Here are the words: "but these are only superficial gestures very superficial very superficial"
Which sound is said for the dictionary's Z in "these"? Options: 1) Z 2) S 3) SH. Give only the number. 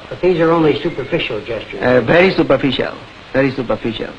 1